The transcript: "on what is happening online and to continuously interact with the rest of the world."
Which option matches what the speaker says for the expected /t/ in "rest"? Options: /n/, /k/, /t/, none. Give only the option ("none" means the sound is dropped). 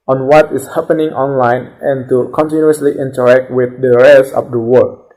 none